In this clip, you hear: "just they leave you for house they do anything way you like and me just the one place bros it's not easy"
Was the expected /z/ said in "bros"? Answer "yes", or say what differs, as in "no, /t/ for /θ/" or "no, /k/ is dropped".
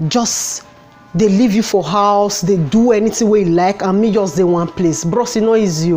no, /s/ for /z/